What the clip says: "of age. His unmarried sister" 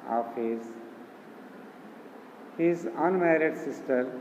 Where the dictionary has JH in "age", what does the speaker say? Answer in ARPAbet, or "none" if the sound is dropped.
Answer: Z